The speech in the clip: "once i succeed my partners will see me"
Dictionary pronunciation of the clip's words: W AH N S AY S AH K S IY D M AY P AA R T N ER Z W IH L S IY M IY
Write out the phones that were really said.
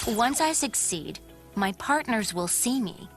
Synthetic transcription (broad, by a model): W AH N S AY S AH K S IY D M AY P AA R T N ER Z W IH L S IY M IY